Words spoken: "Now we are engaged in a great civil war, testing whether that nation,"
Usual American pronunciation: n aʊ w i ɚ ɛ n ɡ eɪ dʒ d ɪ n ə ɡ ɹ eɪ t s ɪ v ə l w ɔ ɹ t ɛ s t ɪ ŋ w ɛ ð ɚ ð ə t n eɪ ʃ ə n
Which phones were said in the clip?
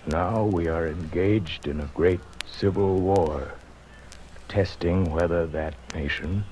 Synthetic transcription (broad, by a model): n aʊ w i ɚ ɛ n ɡ eɪ dʒ d ɪ n ə ɡ ɹ eɪ t s ɪ v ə l w ɔ ɹ t ɛ s t ɪ ŋ w ɛ ð ɚ ð ə t n eɪ ʃ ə n